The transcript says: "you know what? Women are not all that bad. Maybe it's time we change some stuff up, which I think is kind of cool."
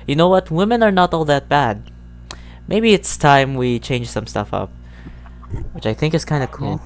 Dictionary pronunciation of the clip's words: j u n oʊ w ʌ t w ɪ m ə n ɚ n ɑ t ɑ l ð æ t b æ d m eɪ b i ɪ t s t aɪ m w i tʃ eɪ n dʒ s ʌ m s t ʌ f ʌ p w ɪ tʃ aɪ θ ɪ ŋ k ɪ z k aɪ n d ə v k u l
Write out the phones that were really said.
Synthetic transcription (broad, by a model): j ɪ n oʊ w ʌ t w ɪ m ə n ɚ n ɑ t ɑ l ð æ t b æ d m eɪ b i ɪ t s t aɪ m w i tʃ eɪ n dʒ s ʌ m s t ʌ f ʌ p w ɪ tʃ aɪ θ ɪ ŋ k ɪ z k aɪ n d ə k u l